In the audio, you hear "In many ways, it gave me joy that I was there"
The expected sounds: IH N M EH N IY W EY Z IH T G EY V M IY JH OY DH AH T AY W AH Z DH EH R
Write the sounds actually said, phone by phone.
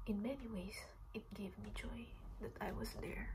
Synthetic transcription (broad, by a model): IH N M EH N IY W EY S IH T G EY V M IY JH OY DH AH T AY W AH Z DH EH R